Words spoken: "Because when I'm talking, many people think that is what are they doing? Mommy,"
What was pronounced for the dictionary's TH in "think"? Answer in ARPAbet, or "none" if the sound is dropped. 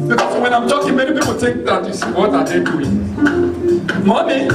T